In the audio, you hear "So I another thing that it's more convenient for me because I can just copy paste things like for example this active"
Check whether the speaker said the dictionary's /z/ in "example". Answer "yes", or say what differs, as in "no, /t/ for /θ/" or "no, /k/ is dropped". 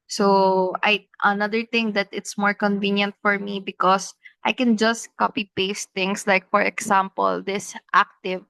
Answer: no, /s/ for /z/